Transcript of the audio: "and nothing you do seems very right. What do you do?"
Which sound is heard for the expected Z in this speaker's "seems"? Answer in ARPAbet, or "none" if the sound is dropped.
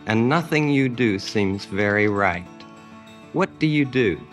Z